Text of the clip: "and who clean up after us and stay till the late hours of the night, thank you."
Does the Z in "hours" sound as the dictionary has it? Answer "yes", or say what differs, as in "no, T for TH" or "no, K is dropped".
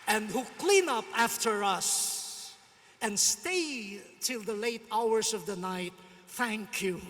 no, S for Z